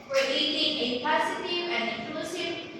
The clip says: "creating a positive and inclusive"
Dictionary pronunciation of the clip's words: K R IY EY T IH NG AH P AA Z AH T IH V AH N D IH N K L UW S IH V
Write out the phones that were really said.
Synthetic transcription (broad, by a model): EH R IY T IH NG AH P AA S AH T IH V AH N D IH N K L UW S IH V